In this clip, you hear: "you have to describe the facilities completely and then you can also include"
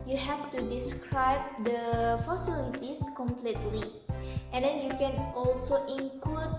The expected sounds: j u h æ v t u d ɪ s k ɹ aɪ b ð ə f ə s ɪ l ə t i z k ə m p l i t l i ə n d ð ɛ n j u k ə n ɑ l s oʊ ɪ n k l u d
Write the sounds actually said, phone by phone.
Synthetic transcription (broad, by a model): j u h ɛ f t u d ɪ s k ɹ aɪ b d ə f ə s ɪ l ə t i s k ə m p l i t l i ə n d ɛ n j u k ə n ɑ l s oʊ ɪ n k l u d